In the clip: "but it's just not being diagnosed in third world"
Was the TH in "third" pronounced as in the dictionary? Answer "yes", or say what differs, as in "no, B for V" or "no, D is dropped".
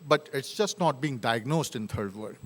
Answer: no, T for TH